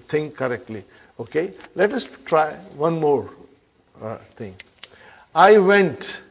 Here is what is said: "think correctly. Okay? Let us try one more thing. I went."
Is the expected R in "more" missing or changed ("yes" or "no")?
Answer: no